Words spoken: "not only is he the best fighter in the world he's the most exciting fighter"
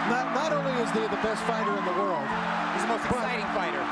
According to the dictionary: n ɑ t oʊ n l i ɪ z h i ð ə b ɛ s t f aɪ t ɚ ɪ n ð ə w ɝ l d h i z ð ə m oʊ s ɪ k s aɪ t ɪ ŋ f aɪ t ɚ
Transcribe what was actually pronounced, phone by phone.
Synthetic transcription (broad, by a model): n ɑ t oʊ n l i ɪ z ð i ð ə b ɛ s t f aɪ t ɚ ɪ n ð ə w ɝ l d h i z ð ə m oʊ ɪ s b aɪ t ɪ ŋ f aɪ t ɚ